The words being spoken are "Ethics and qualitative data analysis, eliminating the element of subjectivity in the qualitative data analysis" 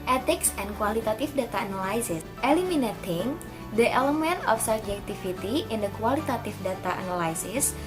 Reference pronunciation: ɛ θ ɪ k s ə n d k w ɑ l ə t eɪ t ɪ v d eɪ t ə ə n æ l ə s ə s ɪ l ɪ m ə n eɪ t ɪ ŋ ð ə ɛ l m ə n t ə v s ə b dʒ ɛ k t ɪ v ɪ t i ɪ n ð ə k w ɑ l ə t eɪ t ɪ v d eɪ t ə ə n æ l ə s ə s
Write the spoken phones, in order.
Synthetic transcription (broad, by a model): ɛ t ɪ k s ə n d k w ɑ l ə t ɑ t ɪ f d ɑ t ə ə n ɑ l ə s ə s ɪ l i m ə n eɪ t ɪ ŋ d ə ɛ l m ə n t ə f s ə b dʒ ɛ k t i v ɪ t i ɪ n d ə k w ɑ l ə t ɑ t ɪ f d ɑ t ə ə n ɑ l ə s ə s